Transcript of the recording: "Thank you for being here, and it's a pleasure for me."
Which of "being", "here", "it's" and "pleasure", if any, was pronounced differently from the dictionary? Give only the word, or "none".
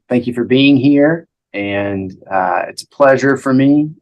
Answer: none